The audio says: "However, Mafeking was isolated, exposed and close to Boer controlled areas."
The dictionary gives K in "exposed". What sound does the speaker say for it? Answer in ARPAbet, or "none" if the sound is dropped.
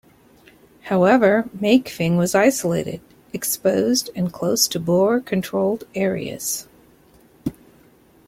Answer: K